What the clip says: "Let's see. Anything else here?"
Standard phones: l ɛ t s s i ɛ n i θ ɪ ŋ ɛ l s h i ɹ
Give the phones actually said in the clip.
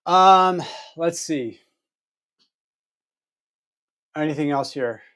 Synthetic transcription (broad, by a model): l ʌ t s s i ɛ n i θ ɪ ŋ ɛ l s h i ɹ